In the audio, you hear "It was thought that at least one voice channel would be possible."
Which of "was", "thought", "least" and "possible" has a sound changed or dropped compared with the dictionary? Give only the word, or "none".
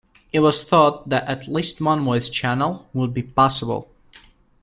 none